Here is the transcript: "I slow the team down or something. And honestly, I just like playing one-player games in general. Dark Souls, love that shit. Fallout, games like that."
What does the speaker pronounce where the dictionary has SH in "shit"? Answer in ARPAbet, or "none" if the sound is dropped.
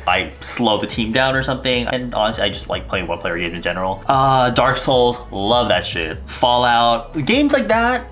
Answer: SH